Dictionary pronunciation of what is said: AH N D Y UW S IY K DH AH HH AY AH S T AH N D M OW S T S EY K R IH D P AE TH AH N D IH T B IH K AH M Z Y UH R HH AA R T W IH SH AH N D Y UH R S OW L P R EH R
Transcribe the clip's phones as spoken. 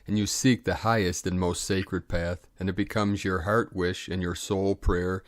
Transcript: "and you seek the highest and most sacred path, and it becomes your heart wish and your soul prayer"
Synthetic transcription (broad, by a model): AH N Y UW S IY K DH AH HH AY AH S T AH N M OW S T S EY K R IH D P AE TH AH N IH T B IH K AH M Z Y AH R HH AA R T W IH SH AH N Y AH R S OW L P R EH R